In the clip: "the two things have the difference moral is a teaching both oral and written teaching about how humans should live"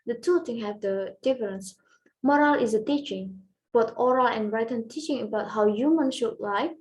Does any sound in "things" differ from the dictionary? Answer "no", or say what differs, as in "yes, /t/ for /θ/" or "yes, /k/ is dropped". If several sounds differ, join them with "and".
yes, /t/ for /θ/ and /z/ is dropped